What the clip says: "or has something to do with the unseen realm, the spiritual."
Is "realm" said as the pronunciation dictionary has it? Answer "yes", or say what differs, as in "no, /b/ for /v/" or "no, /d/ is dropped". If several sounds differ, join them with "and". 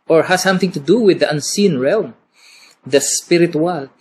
yes